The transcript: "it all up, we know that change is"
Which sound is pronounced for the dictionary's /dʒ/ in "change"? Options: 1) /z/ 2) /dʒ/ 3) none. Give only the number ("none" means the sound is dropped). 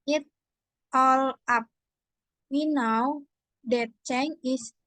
3